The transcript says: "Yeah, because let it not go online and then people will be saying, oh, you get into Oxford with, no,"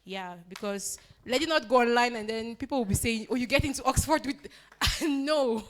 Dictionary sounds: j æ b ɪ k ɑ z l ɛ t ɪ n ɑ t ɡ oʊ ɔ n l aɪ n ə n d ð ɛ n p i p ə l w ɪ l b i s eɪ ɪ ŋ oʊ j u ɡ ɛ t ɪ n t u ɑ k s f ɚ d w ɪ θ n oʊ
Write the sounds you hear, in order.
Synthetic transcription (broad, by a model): j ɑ b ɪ k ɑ s l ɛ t ɪ n ɑ t ɡ oʊ ɔ n l aɪ n ə n d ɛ n p i p ə l w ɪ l b i s eɪ ɪ ŋ oʊ j u ɡ ɛ t ɪ n t u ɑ k s f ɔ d w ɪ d n oʊ